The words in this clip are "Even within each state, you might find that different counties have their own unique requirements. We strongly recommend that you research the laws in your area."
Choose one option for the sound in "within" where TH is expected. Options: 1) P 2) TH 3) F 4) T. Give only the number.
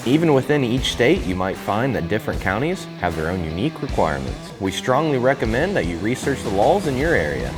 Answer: 2